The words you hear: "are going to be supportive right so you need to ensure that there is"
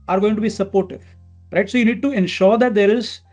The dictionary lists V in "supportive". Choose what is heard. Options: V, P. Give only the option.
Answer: P